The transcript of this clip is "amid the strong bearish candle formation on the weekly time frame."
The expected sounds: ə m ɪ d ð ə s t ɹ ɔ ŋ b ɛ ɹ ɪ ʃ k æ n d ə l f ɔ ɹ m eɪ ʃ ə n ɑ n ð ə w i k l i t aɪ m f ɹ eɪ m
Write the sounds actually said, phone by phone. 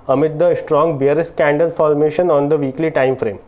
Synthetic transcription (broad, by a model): ə m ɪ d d ə s t ɹ ɔ ŋ b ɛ ɹ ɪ s k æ n d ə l f ɔ ɹ m eɪ ʃ ə n ɑ n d ə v i k l i t aɪ m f ɹ eɪ m